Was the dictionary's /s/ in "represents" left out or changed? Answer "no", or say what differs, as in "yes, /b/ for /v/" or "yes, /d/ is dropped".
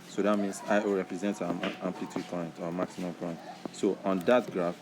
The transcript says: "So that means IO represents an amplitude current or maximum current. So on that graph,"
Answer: yes, /s/ is dropped